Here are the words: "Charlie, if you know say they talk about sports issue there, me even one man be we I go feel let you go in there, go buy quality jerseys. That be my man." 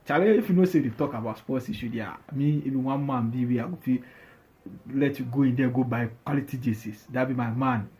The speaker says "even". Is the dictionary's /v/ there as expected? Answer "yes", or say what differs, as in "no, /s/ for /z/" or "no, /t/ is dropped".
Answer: no, /b/ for /v/